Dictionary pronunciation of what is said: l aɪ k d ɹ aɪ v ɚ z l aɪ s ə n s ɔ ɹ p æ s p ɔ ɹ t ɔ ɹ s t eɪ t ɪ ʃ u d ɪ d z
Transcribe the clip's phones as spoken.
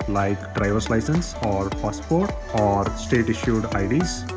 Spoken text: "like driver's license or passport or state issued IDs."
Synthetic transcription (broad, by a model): l aɪ k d ɹ aɪ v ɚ s l aɪ s ə n s ɔ ɹ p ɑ s p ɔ ɹ t ɔ ɹ s t eɪ t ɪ ʃ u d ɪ d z